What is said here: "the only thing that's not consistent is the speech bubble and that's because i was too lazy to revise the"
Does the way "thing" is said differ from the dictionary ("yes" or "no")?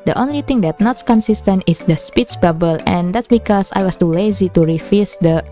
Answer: yes